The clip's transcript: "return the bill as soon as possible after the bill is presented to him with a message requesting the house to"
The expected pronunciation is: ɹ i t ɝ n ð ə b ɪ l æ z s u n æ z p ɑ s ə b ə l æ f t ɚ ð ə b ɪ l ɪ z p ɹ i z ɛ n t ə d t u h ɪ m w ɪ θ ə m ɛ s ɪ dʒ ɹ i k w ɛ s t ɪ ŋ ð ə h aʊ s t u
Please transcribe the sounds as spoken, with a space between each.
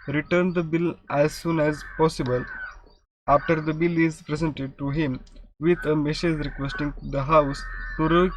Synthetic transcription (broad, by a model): ɹ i t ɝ n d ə b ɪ l æ z s u n æ z p ɑ s ə b ə l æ f t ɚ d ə b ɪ l ɪ z p ɹ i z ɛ n t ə d t u h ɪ m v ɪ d ə m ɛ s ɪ z ɹ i k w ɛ s t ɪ ŋ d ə h aʊ s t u